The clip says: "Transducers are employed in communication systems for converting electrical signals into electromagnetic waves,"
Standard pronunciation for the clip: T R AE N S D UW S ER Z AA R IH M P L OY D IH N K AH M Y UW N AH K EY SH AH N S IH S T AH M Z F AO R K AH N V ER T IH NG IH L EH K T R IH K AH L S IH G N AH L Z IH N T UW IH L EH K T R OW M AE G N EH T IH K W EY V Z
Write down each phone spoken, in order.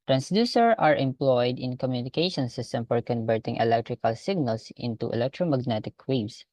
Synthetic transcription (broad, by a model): T R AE N S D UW S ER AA R IH M P L OY D IH N K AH M Y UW N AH K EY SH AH N S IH S T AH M F AO R K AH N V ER T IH NG IH L EH K T R IH K AH L S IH G N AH L S IH N T UW IH L EH K T R OW M AE G N EH T IH K W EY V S